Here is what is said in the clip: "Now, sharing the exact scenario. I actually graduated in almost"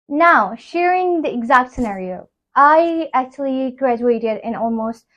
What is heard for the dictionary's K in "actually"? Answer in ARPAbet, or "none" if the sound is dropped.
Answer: K